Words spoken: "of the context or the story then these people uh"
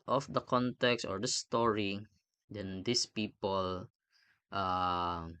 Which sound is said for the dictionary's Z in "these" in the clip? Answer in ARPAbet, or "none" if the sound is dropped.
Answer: S